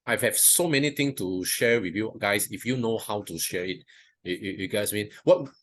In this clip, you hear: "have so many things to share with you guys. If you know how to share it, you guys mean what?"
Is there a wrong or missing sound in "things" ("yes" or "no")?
yes